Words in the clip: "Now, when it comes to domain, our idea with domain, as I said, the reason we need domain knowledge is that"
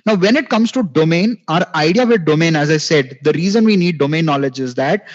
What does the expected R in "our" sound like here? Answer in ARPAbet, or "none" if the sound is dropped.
R